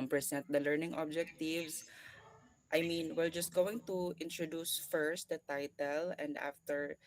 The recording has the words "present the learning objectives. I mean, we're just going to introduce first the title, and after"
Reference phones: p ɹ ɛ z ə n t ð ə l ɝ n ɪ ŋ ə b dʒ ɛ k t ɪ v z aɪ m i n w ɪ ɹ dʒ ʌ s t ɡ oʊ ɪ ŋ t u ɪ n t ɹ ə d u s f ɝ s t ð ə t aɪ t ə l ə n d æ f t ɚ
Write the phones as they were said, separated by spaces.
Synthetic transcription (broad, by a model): p ɹ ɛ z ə n t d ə l ɝ n ɪ ŋ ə b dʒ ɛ k t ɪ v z aɪ m i n w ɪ l dʒ ʌ s t ɡ oʊ ɪ ŋ t u ɪ n t ɹ ə d u s f ɝ s t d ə t aɪ t ə l ə n d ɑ f t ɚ